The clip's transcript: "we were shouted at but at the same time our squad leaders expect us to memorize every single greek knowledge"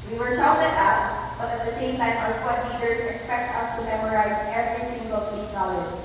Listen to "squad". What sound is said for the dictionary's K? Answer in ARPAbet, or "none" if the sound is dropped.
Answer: none